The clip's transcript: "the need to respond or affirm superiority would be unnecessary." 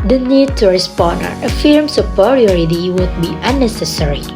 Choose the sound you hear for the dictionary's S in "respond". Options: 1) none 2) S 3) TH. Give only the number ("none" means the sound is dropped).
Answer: 2